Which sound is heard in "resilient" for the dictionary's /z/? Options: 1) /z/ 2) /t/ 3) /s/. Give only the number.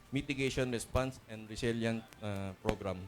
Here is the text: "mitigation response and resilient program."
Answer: 3